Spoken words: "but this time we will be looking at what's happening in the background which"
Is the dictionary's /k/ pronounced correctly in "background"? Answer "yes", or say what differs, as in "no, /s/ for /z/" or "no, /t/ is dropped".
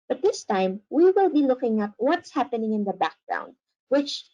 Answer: yes